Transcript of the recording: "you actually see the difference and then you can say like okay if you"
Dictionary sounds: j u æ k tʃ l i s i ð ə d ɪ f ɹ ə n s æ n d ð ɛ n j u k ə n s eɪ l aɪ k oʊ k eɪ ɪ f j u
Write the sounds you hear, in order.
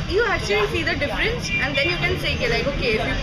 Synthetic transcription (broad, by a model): j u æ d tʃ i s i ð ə d ɪ f ɹ ə n s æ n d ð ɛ n j u k ə n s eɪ l aɪ k oʊ k eɪ ɪ f j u